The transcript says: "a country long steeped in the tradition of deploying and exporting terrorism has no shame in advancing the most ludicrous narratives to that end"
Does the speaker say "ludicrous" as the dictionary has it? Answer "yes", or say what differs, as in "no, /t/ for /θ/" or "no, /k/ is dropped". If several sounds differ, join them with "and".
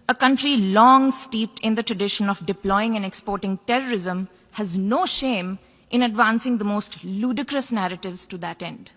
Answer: yes